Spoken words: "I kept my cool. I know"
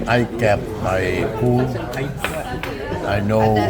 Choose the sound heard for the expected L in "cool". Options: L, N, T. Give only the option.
N